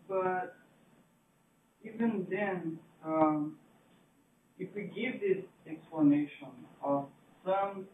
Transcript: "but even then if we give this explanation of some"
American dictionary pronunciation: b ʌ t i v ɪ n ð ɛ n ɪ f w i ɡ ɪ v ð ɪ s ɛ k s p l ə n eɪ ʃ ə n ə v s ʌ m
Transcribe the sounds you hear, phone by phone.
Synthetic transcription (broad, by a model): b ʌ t i v ɪ n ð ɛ n ɪ f w i ɡ ɪ v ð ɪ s ɛ k s p l ə n eɪ ʃ ə n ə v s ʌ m